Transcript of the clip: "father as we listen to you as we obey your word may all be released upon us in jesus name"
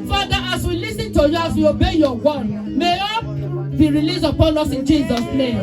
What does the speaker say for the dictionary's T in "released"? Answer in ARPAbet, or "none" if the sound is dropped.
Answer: none